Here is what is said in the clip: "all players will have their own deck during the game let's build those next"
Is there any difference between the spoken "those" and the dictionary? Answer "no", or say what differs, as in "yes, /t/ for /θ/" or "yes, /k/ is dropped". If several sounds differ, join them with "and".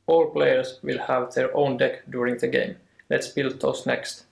yes, /s/ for /z/